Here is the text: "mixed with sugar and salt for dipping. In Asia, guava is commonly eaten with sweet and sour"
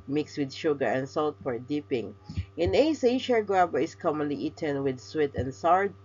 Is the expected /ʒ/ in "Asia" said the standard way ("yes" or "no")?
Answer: no